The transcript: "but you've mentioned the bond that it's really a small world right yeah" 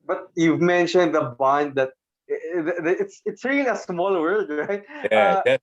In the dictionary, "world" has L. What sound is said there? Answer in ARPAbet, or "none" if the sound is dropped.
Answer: none